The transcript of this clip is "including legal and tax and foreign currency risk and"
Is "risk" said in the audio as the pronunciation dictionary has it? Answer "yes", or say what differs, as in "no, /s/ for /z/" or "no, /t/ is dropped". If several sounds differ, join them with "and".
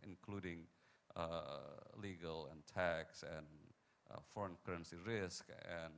yes